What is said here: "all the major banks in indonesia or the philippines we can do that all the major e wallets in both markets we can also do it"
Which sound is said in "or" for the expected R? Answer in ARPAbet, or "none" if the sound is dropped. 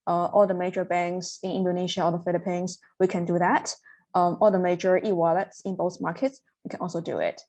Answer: L